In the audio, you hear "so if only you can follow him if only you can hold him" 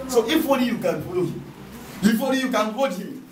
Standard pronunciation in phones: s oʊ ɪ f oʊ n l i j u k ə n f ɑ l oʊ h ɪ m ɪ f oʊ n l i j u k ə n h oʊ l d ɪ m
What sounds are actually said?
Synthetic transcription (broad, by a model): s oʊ ɪ f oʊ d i j u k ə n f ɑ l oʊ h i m ɪ f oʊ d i j u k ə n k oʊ d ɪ